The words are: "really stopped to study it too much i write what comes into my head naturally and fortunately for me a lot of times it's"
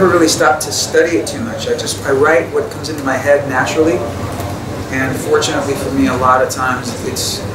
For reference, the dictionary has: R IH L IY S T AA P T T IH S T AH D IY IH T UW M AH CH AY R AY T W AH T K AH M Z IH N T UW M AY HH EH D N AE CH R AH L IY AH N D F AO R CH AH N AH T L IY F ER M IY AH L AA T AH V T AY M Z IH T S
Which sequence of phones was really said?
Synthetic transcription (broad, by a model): R IH L IY S T AA P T T IH S T AH D IY IH T UW M AH CH AY R AY T W AH T K AH M Z IH N T UW M AY HH EH D N AE CH R L IY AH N F AO R CH AH N AH T L IY F ER M IY AH L AA T AH V T AY M Z IH T S